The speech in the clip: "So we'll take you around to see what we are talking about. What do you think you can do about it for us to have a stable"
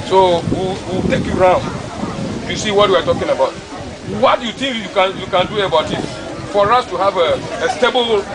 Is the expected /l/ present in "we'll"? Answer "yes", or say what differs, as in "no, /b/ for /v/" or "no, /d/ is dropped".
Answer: no, /w/ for /l/